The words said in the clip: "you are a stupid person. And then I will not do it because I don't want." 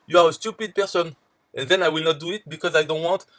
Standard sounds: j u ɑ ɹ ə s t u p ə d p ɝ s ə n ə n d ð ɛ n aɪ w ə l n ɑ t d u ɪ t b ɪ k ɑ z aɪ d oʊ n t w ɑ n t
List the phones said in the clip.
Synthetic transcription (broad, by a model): j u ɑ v ə s t u p ə d p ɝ s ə n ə n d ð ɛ n aɪ w ə l n ɑ t d u ɪ t b ɪ k ɑ z aɪ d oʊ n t w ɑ n t